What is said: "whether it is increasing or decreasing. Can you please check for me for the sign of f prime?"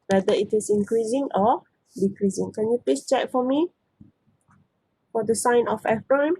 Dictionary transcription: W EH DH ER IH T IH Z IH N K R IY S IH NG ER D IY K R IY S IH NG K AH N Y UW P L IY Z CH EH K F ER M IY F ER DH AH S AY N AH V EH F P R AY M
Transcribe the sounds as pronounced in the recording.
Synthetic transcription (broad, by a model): W EH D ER IH T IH S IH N K R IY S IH NG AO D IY K R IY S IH NG K AH N Y UW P IY S CH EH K F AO M IY F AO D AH S AY N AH F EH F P R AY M